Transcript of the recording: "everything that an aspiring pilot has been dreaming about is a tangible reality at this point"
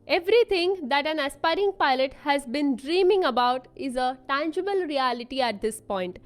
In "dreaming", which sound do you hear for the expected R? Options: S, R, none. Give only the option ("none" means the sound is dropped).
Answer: R